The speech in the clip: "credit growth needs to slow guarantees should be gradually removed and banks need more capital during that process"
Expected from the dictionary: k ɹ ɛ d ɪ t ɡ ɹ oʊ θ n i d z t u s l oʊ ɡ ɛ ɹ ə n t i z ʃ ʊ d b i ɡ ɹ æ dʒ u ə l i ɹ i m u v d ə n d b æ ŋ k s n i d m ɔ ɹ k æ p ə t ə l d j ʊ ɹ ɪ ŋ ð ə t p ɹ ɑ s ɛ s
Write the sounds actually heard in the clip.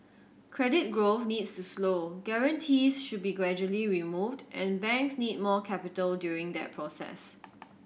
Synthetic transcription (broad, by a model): k ɹ ɛ d ɪ t ɡ ɹ oʊ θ n i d s t u s l oʊ ɡ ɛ ɹ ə n t i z ʃ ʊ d b i ɡ ɹ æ dʒ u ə l i ɹ i m u v d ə n b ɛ ŋ k s n i d m ɔ k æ p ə t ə l d j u ɹ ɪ ŋ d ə t p ɹ ɑ s ɛ s